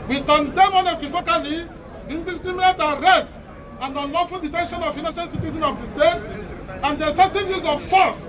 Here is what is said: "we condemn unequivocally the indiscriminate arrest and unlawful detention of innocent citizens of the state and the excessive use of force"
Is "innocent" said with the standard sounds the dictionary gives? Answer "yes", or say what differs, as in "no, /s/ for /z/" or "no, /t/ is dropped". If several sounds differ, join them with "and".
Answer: no, /ʃ/ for /s/